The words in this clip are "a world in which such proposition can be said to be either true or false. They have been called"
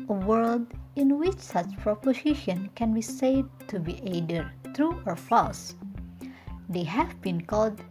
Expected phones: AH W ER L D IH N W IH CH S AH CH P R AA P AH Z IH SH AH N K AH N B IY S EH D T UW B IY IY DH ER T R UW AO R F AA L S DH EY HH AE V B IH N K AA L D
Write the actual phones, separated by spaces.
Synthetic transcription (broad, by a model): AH W ER L D IH N W IH CH S AH CH P R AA P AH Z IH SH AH N K AH N B IY S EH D T UW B IY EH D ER T R UW AO R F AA S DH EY HH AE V B IH N K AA L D